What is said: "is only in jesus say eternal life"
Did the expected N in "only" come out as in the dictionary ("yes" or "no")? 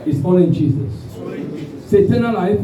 no